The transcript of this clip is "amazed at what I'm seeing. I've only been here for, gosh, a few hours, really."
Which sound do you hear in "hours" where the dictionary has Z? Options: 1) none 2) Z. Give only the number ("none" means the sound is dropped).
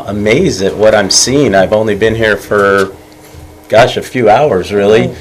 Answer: 2